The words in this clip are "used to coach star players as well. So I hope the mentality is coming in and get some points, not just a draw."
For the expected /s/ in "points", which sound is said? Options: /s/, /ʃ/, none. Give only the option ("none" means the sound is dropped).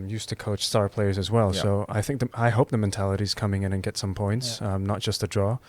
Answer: /s/